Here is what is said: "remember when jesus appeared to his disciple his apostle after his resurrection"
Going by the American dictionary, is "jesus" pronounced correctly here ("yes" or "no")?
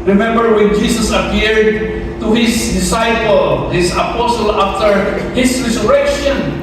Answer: no